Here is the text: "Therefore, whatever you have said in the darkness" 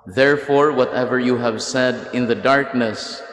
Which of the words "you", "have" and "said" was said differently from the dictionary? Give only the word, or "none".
none